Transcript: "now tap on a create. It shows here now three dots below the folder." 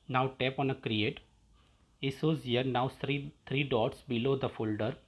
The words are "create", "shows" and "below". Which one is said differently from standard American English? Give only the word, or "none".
shows